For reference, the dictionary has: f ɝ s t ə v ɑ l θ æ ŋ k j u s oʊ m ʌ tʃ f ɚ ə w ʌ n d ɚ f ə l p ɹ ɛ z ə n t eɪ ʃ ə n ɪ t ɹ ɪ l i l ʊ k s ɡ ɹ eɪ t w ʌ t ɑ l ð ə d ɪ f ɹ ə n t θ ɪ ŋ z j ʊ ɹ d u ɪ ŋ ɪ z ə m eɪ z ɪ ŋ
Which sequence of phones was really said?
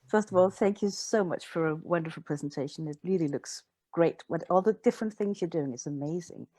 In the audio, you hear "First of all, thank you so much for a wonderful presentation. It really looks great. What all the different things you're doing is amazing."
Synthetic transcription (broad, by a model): f ɝ s t ə v ɑ l θ æ ŋ k j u s oʊ m ʌ tʃ f ɚ ə w ʌ n d ɚ f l p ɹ ɛ z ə n t eɪ ʃ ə n ɪ t ɹ ɪ l i l ʊ k s ɡ ɹ eɪ t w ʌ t ɑ l ð ə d ɪ f ɹ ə n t θ ɪ ŋ z j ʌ ɹ d u ɪ ŋ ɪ s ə m eɪ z ɪ ŋ